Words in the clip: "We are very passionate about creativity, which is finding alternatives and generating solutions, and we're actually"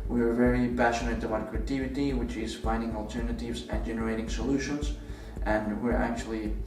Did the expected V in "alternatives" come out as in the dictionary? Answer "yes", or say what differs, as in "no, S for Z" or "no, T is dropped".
yes